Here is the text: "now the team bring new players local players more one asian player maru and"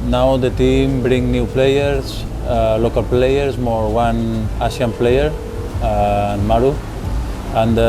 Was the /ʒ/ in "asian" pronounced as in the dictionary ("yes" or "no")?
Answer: no